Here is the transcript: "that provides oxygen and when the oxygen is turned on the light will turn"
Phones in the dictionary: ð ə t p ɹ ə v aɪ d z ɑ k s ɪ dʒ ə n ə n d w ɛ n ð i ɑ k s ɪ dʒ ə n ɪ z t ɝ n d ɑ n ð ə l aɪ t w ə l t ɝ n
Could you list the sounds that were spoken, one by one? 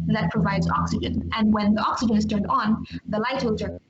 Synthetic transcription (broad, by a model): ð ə t p ɹ ə v aɪ d z ɑ k s ɪ dʒ ə n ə n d w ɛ n ð i ɑ k s ɪ dʒ ə n ɪ z t ɝ n d n ð ə l aɪ t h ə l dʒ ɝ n